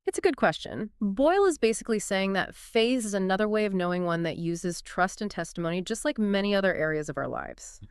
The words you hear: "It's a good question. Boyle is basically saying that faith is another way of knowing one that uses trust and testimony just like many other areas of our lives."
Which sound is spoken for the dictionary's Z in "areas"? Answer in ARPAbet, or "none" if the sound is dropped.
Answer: Z